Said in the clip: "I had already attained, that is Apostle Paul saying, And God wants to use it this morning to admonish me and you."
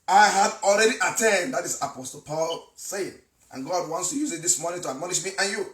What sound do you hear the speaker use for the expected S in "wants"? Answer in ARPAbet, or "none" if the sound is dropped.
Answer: S